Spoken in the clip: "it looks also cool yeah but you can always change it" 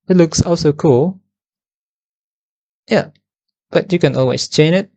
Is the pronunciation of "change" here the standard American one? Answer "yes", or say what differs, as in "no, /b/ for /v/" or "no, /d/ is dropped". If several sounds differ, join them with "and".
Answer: no, /dʒ/ is dropped